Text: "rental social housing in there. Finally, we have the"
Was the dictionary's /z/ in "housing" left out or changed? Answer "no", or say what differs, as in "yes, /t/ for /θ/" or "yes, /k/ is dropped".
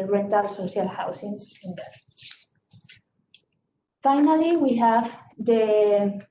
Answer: yes, /s/ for /z/